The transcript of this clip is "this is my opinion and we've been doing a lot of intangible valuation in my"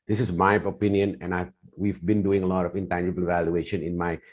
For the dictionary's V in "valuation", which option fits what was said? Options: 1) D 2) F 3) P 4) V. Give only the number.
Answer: 4